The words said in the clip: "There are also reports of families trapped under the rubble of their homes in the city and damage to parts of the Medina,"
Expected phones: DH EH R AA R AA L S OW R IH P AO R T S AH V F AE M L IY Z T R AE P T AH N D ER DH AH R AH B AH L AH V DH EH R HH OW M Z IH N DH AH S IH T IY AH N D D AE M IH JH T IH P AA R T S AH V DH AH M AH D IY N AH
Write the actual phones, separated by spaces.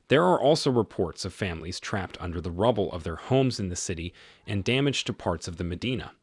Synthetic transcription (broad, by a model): DH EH R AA R AA L S OW R IH P AO R T S AH V F AE M L IY Z T R AE P T AH N D ER DH AH R AH B L AH V DH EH R HH OW M Z IH N DH AH S IH T IY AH N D D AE M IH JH T IH P AA R T S AH V DH AH M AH D IY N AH